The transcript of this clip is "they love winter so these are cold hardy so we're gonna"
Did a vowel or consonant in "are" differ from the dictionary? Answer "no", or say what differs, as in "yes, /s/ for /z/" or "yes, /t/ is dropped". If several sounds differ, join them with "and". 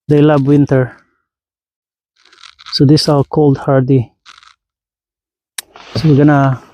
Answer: yes, /l/ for /ɹ/